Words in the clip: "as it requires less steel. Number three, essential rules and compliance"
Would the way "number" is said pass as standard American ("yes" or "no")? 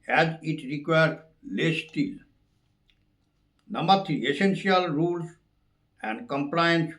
no